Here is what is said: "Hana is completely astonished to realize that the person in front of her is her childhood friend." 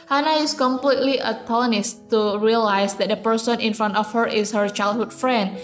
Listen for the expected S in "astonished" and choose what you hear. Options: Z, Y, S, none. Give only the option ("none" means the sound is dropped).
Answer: none